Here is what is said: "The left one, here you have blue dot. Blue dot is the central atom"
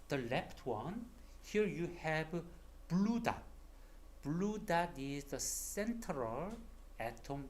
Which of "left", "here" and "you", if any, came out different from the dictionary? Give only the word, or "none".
left